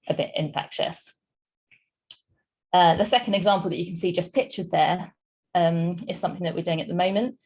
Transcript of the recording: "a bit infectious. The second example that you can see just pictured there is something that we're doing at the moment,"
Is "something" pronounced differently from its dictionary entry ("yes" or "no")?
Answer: no